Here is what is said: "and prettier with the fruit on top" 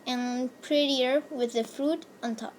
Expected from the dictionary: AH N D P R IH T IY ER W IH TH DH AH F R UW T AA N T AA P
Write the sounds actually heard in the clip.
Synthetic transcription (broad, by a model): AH N P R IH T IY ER W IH DH AH F R UW T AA N T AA P